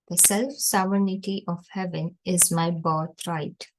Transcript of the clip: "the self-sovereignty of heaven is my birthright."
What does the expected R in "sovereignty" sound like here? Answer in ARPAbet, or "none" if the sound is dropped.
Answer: none